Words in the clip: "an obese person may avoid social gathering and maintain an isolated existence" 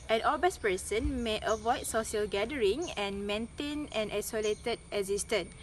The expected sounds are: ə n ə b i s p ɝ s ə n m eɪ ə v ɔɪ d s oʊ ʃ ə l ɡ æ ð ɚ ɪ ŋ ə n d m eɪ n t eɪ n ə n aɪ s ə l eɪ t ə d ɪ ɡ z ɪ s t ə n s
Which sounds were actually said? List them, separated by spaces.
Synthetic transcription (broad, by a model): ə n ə b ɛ s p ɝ s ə n m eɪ ə v ɔɪ d s oʊ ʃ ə l ɡ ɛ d ɚ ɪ ŋ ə n m eɪ n t eɪ n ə n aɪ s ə l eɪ t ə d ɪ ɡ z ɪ s t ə n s